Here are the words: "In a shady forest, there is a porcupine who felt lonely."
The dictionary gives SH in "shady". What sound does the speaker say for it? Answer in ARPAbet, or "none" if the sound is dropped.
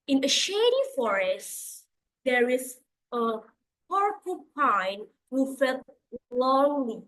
SH